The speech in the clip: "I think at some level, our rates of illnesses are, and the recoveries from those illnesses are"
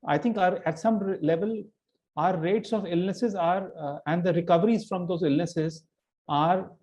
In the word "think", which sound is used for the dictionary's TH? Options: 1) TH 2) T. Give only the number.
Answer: 2